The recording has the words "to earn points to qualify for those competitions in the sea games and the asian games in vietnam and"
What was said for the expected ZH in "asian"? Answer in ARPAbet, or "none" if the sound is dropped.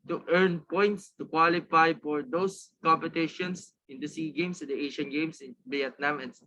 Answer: SH